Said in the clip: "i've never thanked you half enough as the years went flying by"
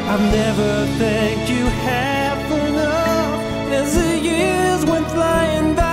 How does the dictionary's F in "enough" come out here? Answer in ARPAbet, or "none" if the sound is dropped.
none